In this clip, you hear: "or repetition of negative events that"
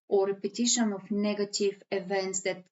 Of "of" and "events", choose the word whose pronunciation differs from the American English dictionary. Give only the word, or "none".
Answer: of